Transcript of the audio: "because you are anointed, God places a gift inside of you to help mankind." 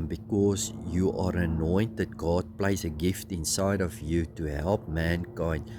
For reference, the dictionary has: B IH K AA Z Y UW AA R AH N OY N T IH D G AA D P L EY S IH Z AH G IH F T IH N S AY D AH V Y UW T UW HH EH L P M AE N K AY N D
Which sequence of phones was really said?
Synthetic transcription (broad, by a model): B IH K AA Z Y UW AA R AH N OY N T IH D G AA D P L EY IH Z AH G IH F T IH N S AY D AH V Y UW T UW HH EH L P M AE N K AY N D